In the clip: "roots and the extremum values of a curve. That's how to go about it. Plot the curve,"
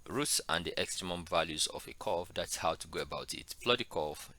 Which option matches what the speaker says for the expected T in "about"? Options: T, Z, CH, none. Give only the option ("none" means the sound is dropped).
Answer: T